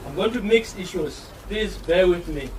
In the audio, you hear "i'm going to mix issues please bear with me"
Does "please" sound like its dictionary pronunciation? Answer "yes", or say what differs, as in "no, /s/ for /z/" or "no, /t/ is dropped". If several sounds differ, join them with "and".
no, /l/ is dropped